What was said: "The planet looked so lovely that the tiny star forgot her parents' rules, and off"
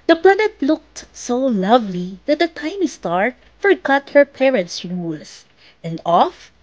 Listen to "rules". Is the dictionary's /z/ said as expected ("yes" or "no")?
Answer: no